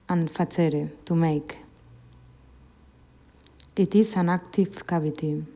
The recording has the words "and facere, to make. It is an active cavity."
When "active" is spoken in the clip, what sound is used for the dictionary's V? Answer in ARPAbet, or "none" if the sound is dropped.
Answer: F